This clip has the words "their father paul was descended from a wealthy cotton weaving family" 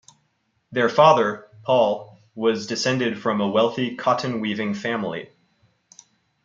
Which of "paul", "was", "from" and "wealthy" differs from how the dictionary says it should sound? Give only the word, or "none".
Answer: none